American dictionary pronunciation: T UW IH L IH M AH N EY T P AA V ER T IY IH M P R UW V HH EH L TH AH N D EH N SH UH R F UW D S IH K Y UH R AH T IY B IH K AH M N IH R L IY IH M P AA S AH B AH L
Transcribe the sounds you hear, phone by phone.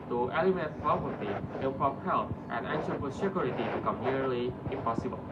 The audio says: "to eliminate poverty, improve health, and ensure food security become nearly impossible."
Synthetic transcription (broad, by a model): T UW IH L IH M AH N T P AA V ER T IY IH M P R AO P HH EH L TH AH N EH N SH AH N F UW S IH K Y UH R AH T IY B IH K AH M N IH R L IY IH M P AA S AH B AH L